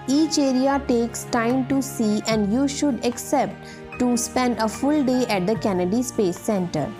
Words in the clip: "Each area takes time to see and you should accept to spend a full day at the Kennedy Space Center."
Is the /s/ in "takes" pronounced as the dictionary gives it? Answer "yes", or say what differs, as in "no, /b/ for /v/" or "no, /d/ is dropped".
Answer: yes